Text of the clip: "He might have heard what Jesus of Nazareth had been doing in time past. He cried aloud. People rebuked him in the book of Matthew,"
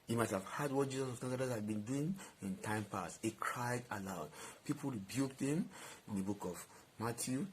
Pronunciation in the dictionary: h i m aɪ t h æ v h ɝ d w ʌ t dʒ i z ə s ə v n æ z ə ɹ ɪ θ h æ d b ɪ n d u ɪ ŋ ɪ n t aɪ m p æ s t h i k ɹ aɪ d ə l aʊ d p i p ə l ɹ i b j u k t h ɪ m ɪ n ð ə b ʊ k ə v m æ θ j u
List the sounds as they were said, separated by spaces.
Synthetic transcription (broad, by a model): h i m aɪ t h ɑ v h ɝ d w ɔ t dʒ i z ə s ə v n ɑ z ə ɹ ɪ s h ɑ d b ɪ n d u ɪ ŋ ɪ n t aɪ m p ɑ s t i k ɹ aɪ d ə l aʊ d p i p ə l ɹ i b j u k t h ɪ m ɪ n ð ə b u k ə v m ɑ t j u